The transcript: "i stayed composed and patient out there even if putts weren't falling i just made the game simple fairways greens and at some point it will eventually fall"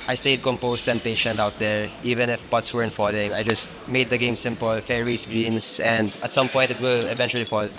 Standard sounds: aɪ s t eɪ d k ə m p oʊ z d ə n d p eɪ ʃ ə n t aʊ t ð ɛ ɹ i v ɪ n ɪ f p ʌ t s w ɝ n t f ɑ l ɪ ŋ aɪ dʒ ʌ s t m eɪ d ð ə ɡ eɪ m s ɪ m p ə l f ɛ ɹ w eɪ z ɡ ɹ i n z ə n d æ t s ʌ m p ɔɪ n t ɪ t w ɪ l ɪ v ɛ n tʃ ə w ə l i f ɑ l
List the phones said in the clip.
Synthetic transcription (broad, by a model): aɪ s t eɪ d k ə m p oʊ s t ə n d p eɪ ʃ ə n t aʊ t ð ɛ ɹ i v ɪ n ɪ f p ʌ t s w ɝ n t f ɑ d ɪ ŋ aɪ dʒ ʌ s t m eɪ d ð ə ɡ eɪ m s ɪ m p ə l f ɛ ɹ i s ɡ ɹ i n s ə n d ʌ t s ʌ m p ɔɪ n t ɪ t w ɪ l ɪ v ɛ n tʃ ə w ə l i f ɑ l